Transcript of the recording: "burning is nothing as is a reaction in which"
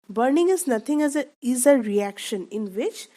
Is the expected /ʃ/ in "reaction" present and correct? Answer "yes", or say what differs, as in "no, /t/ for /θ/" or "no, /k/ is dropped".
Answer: yes